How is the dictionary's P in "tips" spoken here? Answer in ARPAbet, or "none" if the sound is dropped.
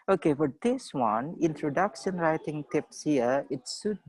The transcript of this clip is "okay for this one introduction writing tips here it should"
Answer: P